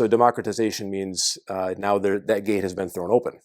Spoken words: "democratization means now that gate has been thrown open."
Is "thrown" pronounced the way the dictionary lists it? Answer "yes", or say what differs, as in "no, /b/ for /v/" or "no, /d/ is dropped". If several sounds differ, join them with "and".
yes